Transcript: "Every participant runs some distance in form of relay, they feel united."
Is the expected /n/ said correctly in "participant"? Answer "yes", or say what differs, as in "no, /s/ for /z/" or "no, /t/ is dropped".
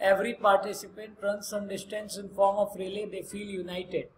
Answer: yes